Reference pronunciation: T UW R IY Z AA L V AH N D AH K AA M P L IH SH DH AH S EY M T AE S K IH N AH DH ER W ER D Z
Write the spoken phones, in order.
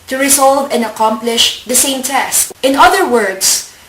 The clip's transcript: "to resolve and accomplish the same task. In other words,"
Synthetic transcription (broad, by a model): T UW R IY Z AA L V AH N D AH K AA M P L IH SH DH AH S EY M T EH S IH N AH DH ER W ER D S